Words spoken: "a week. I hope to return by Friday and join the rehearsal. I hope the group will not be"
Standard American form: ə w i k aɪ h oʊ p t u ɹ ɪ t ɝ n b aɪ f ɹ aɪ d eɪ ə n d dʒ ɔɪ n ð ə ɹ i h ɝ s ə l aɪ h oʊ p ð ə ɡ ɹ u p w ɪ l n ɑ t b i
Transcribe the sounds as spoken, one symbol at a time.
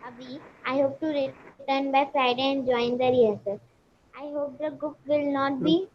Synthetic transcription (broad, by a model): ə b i aɪ h oʊ p t u ɹ ɪ t ɝ n b aɪ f ɹ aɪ d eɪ ə n d dʒ ɔɪ n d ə ɹ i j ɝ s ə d aɪ h oʊ p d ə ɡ ʊ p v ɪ l n ɑ t b i